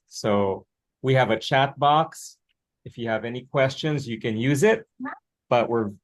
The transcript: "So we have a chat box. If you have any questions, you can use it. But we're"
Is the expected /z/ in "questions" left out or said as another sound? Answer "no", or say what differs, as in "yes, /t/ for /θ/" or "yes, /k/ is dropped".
no